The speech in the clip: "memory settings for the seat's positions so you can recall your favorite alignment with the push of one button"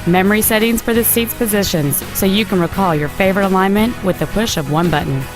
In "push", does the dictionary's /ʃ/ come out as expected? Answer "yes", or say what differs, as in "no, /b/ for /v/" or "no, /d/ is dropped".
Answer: yes